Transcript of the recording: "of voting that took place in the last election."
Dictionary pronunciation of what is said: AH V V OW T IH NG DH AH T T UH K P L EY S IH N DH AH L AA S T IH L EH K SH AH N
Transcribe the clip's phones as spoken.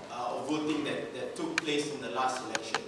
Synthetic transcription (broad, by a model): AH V V OW T IH NG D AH T T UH K P L EY S IH N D AH L AA S T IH L EH K SH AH N